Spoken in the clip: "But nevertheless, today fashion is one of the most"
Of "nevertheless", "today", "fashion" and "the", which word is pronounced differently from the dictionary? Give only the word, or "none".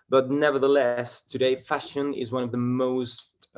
none